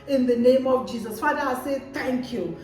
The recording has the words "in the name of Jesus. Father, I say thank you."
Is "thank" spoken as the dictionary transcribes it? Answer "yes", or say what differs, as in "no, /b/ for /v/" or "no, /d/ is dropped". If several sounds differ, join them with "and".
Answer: no, /t/ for /θ/